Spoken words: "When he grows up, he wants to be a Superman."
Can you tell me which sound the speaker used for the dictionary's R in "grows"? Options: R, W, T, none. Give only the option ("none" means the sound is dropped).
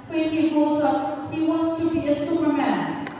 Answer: none